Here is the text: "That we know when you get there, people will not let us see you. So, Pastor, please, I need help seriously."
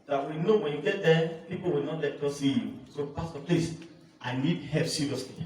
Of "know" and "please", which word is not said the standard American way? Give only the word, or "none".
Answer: please